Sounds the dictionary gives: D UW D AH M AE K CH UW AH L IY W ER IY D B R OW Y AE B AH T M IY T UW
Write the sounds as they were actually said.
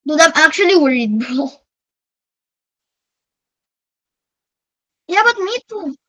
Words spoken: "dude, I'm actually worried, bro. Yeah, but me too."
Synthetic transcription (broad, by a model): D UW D AH M AE K CH UW AH L IY W ER IY D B OW Y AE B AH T M IY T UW